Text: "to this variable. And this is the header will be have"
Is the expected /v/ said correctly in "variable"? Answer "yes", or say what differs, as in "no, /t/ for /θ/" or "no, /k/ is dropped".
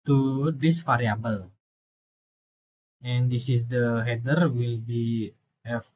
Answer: no, /f/ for /v/